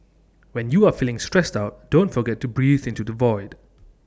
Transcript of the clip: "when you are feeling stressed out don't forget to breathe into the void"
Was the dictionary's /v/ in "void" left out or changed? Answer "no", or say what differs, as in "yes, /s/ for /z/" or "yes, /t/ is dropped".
no